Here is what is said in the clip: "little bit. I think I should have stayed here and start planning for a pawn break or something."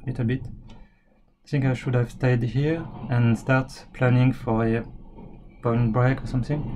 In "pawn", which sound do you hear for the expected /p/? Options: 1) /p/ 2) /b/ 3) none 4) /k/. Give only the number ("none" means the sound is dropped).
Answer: 2